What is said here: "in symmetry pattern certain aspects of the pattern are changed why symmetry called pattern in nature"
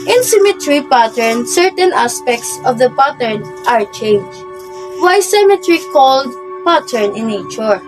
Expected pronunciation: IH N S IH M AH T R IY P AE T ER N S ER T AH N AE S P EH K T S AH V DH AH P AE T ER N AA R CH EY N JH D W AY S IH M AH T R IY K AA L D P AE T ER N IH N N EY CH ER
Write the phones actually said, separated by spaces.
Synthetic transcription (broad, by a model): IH N S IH M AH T R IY P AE T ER N S ER T AH N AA S P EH K T S AH V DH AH P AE T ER N AA R CH EY N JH W AY S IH M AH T R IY K AA L D P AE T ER N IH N N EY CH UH